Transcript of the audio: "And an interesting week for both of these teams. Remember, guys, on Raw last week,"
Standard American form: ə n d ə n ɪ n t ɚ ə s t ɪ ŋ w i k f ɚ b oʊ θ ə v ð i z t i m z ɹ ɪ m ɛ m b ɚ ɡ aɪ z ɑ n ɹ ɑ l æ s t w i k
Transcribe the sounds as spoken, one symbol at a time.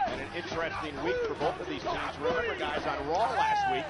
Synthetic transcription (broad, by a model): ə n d ə n ɪ n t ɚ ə s t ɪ ŋ w i k f ɚ b oʊ θ ə v ð i z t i z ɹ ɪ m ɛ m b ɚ ɡ aɪ z n ɹ ɑ l æ s t w i k